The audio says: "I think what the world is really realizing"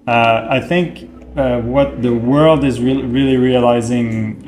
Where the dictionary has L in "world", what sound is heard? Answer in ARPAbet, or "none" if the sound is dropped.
L